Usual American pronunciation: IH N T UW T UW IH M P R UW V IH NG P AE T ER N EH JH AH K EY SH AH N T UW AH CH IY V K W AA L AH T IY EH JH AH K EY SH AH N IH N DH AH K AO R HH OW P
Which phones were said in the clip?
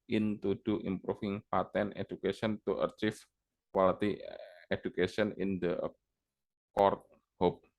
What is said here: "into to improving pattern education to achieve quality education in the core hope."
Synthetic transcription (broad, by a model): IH N T UW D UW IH M P R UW F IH NG P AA T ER N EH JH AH K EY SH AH N T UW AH CH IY F K W AA L AH T IY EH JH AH K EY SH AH N IH N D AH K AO R HH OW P